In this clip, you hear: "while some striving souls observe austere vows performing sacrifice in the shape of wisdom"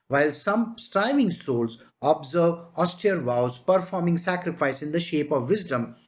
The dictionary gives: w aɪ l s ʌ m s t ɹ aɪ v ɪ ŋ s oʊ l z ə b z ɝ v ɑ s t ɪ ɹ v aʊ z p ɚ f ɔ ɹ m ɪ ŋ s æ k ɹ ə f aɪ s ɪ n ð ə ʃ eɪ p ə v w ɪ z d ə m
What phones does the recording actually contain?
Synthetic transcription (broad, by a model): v aɪ l s ʌ m s t ɹ aɪ v ɪ ŋ s oʊ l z ə b z ɝ v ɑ s t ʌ ɹ v aʊ z p ɚ f ɔ ɹ m ɪ ŋ s æ k ɹ ə f aɪ s ɪ n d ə ʃ eɪ p ə v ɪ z d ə m